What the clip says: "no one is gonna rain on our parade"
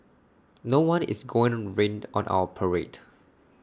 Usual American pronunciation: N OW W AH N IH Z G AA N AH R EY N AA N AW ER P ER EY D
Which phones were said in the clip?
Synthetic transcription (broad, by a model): N OW W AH N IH S G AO AH R EY N AA N AW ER P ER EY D